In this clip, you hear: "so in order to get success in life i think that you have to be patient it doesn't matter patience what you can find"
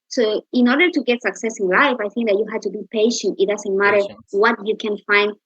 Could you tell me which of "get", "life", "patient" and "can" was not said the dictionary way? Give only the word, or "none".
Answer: none